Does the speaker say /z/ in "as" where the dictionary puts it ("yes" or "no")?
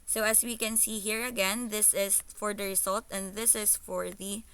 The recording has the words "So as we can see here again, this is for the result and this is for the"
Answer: no